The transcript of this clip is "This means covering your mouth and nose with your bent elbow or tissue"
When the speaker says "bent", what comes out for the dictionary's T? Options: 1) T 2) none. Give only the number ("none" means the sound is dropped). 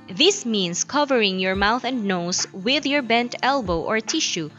1